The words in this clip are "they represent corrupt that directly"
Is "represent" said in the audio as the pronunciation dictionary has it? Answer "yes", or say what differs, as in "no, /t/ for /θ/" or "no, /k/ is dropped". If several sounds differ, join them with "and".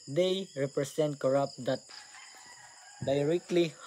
no, /s/ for /z/